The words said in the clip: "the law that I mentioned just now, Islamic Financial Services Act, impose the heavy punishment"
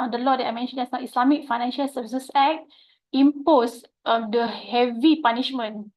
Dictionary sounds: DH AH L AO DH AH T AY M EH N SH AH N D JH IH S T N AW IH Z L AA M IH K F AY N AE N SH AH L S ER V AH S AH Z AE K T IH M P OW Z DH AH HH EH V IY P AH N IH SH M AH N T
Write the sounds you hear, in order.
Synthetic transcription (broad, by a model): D AH L AO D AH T AY M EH N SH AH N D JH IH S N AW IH S L AA M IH K F AY N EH N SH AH L S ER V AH S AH S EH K T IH M P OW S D AH HH EH V IY P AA N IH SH M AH N